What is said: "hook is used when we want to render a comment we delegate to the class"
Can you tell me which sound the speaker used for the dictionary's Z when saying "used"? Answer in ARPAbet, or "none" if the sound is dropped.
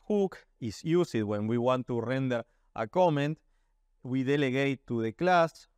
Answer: S